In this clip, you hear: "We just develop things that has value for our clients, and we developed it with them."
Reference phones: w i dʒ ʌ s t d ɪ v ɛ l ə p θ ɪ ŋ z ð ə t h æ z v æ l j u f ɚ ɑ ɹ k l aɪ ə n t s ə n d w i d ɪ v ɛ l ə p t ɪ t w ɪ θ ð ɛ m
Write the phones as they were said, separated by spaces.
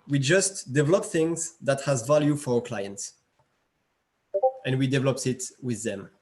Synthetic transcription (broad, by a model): w i dʒ ʌ s t d ɪ v ɛ l ə p θ ɪ ŋ z ð ə t h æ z v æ l j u f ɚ ɑ ɹ k l aɪ ə n t s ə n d w i d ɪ v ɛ l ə p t ɪ t w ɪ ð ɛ m